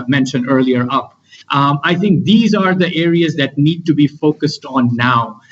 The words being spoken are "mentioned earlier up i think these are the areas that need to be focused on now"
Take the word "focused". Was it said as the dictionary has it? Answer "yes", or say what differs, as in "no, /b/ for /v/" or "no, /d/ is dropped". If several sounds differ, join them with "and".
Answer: yes